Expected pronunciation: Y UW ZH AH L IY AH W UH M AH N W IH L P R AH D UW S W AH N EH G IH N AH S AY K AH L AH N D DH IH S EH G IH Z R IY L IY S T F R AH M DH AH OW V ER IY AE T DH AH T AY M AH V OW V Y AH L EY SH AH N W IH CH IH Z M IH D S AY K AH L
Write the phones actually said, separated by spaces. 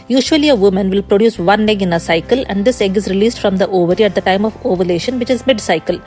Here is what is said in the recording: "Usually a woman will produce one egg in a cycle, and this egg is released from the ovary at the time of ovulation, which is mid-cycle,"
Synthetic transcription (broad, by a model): Y UW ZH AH L IY AH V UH M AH N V IH L P R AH D UW S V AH N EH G IH N AH S AY K AH L AH N D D IH S EH G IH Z R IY L IY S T F R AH M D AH OW V ER IY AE T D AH T AY M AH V OW V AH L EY SH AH N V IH CH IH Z M IH D S AY K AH L